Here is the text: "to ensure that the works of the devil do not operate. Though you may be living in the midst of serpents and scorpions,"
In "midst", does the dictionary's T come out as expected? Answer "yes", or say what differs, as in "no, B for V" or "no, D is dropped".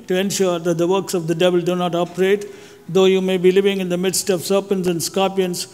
yes